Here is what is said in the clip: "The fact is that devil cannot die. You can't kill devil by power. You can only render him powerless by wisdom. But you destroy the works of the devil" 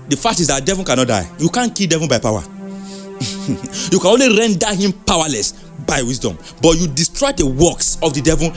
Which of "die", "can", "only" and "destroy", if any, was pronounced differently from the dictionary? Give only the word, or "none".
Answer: none